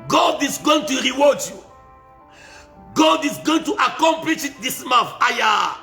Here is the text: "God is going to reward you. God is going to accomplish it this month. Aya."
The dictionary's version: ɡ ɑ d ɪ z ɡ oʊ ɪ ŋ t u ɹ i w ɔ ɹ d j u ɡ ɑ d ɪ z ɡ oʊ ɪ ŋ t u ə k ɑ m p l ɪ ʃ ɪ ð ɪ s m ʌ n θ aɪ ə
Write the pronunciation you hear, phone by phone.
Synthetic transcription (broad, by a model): ɡ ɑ d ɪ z ɡ oʊ ɪ ŋ t u ɹ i w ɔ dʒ j u ɡ ɑ d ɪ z ɡ oʊ ɪ ŋ t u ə k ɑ m p l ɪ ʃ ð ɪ s m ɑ θ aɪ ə